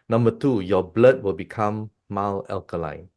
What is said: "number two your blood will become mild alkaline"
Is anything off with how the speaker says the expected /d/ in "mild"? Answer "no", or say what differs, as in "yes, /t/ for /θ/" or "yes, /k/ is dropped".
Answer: yes, /d/ is dropped